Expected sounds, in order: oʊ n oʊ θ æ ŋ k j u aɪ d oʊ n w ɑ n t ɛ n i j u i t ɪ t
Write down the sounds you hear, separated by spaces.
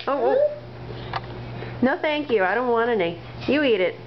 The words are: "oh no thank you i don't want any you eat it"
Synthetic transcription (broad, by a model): oʊ n oʊ θ æ ŋ k j u aɪ d oʊ n w ɑ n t ɛ n i j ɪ i t ɪ t